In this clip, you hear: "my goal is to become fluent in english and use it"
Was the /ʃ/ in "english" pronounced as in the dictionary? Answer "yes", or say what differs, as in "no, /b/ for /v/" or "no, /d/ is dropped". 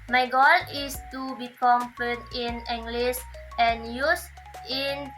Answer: no, /s/ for /ʃ/